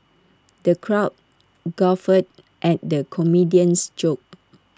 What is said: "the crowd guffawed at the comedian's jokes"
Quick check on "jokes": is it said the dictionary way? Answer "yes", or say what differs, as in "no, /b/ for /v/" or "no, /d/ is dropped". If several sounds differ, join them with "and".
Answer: no, /s/ is dropped